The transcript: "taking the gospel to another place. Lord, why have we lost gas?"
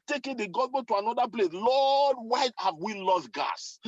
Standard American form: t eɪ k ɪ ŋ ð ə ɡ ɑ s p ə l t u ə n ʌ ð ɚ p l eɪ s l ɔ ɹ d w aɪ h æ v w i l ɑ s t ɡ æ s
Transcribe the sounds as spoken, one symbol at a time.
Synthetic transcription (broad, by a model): t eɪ k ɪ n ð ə ɡ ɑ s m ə n t u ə n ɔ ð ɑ p l eɪ s l ɔ d w aɪ h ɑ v w i l ɑ s t ɡ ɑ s